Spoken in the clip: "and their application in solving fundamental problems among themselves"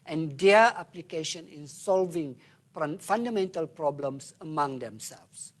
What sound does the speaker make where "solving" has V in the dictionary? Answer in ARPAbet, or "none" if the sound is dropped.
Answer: V